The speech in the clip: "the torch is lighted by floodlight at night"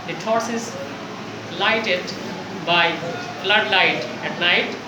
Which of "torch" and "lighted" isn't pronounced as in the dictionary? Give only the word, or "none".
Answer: torch